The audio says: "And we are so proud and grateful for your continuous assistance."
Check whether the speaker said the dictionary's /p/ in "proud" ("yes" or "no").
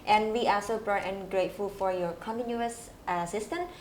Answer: no